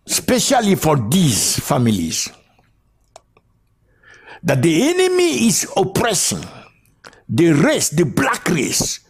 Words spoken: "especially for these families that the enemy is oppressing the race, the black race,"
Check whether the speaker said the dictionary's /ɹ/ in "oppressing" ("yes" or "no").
yes